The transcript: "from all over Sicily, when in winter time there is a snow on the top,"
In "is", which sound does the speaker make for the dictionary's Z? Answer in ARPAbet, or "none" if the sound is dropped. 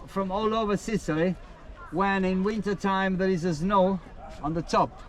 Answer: Z